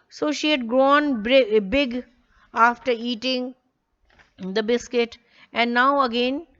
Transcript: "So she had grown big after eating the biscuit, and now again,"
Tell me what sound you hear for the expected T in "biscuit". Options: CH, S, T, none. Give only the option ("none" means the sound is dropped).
T